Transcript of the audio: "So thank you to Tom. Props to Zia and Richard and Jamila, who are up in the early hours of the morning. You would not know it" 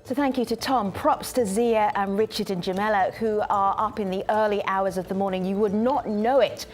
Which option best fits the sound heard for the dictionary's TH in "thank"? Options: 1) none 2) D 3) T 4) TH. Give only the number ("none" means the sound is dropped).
4